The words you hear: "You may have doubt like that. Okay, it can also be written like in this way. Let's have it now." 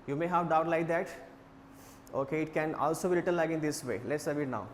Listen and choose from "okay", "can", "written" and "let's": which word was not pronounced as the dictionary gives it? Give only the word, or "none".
written